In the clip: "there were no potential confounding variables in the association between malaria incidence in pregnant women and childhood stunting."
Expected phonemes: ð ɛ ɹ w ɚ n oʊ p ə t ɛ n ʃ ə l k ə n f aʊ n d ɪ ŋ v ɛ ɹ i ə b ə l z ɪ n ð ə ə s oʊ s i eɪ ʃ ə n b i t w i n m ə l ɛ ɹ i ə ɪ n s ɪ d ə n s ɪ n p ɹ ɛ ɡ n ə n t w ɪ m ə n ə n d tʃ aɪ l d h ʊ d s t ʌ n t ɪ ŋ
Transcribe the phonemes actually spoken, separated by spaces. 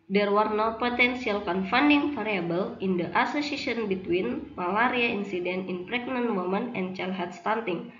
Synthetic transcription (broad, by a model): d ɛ ɹ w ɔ n oʊ p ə t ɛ n s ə l k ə n f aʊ n d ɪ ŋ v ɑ ɹ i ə b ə l ɪ n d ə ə s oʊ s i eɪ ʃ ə n b i t w i n m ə l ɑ ɹ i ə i n s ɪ d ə n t ɪ n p ɹ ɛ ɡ n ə n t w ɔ m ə n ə n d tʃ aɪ l h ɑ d s t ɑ n t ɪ ŋ